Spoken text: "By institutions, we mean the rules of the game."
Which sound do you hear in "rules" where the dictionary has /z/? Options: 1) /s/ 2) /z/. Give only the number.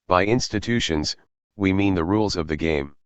2